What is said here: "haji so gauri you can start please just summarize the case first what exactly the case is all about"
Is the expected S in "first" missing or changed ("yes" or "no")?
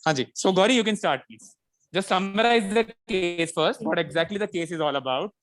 no